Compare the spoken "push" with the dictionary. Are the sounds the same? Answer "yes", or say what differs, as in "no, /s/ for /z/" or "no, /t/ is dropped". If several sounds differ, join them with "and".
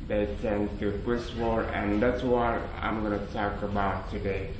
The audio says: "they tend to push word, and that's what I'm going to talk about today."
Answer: no, /s/ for /ʃ/